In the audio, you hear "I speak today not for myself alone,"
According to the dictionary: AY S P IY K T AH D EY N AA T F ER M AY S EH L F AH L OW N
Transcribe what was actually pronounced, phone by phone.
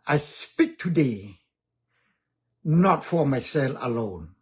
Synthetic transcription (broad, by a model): AY S P IY K T AH D EY N AA T F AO M AY S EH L AH L OW N